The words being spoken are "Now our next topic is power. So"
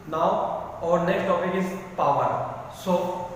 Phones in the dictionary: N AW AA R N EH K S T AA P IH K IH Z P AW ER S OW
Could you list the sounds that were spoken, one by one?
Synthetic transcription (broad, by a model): N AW AA R N EH K S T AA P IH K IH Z P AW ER S OW